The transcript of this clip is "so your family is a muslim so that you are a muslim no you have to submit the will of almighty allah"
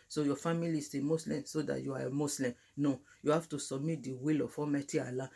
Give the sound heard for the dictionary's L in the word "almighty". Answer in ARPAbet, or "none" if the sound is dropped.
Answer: none